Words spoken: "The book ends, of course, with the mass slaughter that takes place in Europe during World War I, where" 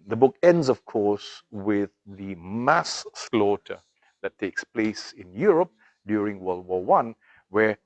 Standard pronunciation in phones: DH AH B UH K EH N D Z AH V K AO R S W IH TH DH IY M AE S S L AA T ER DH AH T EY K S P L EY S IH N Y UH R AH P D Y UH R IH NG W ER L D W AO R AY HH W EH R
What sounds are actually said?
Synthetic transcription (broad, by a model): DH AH B UH K EH N D Z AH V K AO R S W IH DH IY M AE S S L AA T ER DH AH T EY K S P L EY S IH N Y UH R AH P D Y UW R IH NG W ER L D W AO W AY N W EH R